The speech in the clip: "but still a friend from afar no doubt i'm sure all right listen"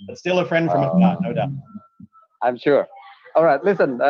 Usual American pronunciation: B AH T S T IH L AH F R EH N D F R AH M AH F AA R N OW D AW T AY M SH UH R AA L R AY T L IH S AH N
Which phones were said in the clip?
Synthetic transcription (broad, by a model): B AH T S T IH L AH F R EH N D F R AH M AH AA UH N OW D AW T AY M SH UH R AA L R AY T L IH S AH N